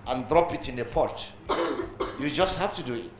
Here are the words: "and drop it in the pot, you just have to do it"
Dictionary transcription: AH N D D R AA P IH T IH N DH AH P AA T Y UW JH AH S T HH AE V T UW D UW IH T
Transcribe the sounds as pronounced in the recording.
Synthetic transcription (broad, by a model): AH N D D R AA P IH T IH N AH P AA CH Y UW JH AH S T HH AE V T UW D UW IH T